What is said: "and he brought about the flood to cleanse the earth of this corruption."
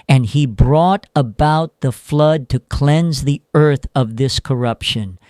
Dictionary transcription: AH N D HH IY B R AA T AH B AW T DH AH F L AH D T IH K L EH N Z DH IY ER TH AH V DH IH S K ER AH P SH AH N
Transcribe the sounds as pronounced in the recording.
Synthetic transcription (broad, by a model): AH N IY B R AA T AH B AW T DH AH F L AH D T IH K L EH N Z DH IY ER TH AH V DH IH S K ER AH P SH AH N